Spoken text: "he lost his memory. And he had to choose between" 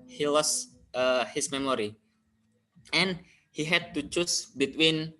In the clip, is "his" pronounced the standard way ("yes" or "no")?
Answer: no